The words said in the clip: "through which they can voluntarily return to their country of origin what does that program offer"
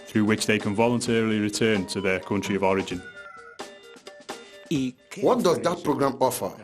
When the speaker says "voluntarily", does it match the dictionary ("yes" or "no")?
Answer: yes